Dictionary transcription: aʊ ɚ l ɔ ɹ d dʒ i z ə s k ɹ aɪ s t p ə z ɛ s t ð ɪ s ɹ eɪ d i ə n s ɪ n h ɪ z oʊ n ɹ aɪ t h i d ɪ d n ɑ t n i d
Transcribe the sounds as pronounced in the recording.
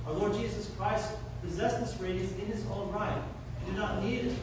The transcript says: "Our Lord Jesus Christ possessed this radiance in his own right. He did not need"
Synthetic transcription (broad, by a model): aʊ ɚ l ɔ ɹ d dʒ i z ə s k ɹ aɪ s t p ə z ɛ s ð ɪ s ɹ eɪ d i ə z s ɪ n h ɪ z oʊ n ɹ aɪ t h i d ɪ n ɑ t n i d